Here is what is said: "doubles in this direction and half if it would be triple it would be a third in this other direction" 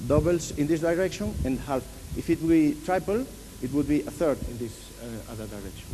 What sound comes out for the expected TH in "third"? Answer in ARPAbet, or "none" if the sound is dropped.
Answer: TH